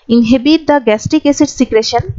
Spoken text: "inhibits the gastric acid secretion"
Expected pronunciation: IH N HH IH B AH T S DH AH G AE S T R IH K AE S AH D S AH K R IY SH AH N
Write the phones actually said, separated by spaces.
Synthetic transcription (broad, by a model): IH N HH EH B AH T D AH G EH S T IH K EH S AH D S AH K R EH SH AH N